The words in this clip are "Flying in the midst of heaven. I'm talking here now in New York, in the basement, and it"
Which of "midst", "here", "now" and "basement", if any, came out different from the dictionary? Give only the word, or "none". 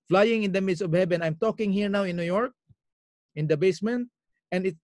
midst